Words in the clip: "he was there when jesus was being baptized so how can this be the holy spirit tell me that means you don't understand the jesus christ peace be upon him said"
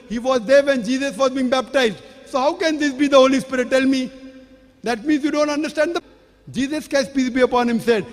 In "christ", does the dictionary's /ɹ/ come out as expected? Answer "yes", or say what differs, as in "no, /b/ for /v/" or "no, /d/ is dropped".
no, /ɹ/ is dropped